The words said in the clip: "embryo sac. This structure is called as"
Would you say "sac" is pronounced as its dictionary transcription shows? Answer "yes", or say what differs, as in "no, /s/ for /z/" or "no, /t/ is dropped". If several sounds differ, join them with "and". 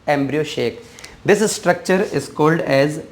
no, /ʃ/ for /s/